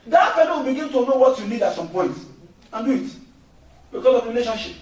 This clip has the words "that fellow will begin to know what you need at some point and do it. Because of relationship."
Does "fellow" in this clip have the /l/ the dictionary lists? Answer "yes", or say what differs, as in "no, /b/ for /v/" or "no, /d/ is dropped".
no, /n/ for /l/